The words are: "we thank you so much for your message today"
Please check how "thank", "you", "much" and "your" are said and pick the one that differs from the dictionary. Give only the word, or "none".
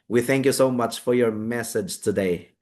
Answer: none